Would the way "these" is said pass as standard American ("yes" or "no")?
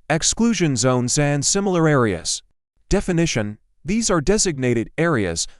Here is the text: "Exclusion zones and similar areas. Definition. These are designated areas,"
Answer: yes